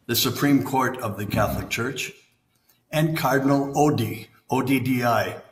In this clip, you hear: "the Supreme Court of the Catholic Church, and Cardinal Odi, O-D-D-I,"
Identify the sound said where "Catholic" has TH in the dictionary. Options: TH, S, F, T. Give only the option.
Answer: TH